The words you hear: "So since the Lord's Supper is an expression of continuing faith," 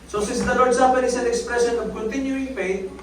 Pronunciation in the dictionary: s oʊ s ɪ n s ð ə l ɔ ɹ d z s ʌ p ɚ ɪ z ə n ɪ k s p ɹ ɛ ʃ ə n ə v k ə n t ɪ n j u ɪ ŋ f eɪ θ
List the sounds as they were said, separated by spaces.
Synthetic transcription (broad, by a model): s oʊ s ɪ s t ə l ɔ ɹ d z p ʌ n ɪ s ə n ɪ k s p ɹ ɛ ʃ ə n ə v k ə n t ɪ n j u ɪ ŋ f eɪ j